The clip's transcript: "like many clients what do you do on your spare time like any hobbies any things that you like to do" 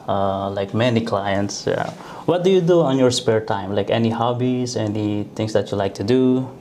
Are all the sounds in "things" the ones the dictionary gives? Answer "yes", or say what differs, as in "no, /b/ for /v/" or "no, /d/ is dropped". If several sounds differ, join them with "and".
no, /t/ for /θ/